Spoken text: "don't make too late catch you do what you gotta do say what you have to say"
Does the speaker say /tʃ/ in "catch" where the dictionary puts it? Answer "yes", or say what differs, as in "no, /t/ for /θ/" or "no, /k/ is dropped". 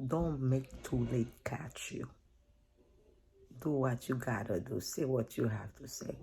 yes